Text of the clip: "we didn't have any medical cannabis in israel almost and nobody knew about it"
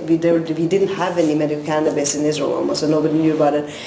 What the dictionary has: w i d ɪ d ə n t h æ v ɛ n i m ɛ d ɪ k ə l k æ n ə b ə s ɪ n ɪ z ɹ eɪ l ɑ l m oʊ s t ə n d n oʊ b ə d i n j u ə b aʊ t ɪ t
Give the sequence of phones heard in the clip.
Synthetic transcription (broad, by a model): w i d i d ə n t h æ v ɛ n i m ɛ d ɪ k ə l k æ n ə b ə s ɪ n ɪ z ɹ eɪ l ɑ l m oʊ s ə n n oʊ b ə d i n j u ə b aʊ t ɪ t